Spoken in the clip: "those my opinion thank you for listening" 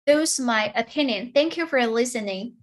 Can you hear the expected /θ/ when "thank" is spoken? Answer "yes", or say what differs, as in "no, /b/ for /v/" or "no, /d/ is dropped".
yes